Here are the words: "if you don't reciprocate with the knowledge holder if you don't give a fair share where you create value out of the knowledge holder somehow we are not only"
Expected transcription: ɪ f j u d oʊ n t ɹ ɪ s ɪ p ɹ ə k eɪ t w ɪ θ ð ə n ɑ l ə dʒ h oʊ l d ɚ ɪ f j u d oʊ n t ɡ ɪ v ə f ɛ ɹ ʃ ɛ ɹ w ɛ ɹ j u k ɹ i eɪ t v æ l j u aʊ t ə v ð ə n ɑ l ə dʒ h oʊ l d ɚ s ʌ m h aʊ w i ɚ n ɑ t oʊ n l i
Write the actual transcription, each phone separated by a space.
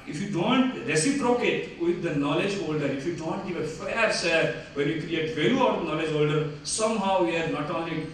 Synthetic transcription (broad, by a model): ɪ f j u d oʊ n t ɹ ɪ s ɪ p ɹ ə k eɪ t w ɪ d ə n ɑ l ə dʒ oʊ l d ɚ ɪ f j u d oʊ n t ɡ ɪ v ə f ɛ ɹ s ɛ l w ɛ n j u k ɹ i eɪ t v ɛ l j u aʊ t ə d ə n ɑ l ə dʒ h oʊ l d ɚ s ʌ m h aʊ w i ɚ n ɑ t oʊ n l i